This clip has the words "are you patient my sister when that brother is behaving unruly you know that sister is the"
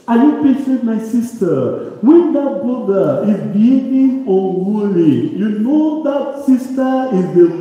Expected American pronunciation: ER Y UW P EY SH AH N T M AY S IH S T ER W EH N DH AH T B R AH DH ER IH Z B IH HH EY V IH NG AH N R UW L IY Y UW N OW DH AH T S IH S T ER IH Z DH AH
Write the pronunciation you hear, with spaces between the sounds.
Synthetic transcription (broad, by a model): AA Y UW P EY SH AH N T M AY S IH S T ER W EH N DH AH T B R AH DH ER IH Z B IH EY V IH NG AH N W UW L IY Y UW N OW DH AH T S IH S T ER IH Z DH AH